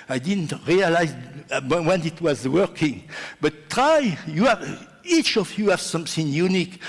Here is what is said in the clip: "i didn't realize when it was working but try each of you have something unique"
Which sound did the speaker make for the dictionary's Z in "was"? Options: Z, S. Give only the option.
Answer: Z